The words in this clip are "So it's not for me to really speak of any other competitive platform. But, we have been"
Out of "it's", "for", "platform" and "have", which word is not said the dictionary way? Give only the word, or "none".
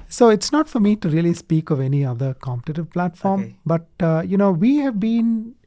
none